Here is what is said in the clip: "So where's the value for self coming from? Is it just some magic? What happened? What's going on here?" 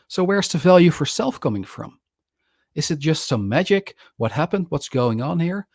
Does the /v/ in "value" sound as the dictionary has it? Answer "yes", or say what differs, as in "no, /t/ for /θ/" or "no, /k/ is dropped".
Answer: yes